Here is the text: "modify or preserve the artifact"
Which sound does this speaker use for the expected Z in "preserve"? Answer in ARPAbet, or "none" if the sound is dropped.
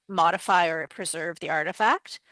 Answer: Z